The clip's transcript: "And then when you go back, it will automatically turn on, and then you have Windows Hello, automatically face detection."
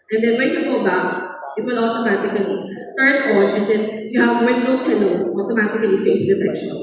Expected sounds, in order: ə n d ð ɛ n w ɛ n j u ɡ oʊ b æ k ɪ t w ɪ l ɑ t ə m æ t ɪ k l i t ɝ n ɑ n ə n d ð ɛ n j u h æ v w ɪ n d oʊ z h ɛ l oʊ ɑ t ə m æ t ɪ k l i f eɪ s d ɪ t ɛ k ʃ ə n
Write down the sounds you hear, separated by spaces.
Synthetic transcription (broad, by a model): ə n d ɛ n w ɛ n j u ɡ oʊ b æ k ɪ t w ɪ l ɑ t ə m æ t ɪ k l i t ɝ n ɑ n ə n d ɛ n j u h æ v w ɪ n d oʊ s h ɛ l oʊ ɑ t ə m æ t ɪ k l i f eɪ s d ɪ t ɛ k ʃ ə n